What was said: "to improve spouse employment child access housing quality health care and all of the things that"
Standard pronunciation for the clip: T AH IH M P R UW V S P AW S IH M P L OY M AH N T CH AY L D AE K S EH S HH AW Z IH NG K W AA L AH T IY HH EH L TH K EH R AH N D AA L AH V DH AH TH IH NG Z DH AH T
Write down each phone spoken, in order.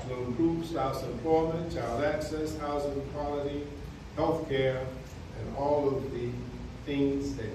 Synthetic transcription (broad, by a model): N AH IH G R UW P S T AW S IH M P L OY M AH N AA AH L AE K S EH S HH AW Z IH NG K W AA L AH T IY HH EH L TH K EH R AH N AA L AH V DH AH TH IH NG Z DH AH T